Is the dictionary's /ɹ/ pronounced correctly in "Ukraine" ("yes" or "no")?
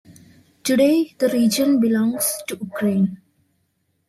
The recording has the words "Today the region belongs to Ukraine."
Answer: yes